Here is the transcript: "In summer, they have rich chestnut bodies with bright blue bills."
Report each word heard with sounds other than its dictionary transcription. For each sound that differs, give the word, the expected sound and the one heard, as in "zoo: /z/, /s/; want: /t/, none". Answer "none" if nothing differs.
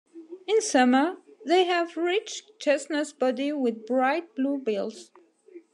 bodies: /z/, none